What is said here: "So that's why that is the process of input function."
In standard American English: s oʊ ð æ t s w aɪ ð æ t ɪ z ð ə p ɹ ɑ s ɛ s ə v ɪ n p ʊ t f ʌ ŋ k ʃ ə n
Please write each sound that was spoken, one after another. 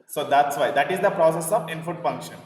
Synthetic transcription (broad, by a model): s oʊ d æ t s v aɪ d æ t ɪ z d ə p ɹ ɑ s ɛ s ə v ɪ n f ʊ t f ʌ ŋ k ʃ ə n